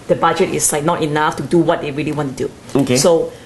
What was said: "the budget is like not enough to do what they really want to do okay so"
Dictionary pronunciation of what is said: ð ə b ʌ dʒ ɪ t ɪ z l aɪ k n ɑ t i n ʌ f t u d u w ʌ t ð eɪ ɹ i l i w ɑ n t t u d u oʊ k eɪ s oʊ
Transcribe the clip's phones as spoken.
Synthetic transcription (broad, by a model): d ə b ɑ dʒ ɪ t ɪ s l aɪ k n ɑ t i n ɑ f t u d u w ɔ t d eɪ ɹ i l i w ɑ n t t u d u oʊ k eɪ s oʊ